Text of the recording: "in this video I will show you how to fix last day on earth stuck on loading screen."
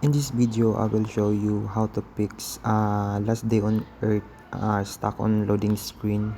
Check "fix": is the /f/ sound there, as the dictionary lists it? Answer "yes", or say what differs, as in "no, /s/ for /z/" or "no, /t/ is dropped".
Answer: no, /p/ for /f/